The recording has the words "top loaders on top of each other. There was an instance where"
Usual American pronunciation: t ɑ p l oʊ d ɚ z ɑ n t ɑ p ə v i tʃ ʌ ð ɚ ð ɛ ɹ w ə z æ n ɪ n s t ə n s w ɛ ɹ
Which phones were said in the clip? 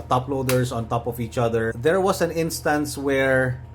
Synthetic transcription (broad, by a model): t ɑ p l oʊ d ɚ s ɑ n t ɑ p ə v i tʃ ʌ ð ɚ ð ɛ ɹ w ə s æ n ɪ n s t ə n s w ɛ ɹ